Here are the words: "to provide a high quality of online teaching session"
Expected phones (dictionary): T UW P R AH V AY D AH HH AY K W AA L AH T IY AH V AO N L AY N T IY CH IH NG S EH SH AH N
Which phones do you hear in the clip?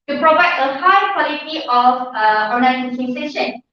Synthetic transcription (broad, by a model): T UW P R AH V AY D AH HH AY K W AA L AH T IY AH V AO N AY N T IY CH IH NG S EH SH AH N